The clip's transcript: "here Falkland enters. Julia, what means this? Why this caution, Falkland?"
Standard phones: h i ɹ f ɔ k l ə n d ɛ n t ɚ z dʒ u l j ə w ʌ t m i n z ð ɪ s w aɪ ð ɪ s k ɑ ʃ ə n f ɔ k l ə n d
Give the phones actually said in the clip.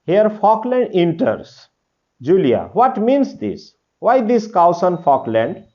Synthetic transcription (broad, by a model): h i ɹ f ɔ k l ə n d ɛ n t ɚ s dʒ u l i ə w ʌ t m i n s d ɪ s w aɪ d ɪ s k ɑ s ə n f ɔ k l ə n d